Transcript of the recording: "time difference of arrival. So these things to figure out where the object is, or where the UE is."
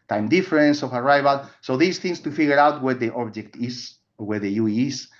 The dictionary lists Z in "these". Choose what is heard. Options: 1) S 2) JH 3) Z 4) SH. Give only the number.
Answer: 1